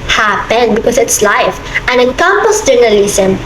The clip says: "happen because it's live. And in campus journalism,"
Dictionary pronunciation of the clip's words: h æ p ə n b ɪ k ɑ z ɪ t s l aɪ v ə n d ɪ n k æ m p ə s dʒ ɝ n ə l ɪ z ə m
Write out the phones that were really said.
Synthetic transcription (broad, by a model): h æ p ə n b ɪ k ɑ s ɪ t s l aɪ f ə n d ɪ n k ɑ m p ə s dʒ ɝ n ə l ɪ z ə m